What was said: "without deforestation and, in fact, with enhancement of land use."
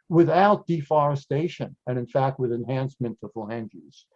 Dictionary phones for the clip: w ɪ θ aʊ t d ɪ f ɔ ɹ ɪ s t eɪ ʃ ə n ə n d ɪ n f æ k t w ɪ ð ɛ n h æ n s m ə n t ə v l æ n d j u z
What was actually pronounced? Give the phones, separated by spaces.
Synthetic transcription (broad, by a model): w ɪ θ aʊ t d ɪ f ɔ ɹ ɪ s t eɪ ʃ ə n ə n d ɪ n f æ k t w ɪ ð ɛ n h æ n s m ə n t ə f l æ n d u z